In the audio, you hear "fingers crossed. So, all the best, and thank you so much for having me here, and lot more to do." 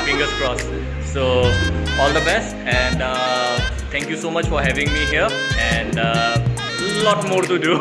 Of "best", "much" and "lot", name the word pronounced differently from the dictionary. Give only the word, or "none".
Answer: none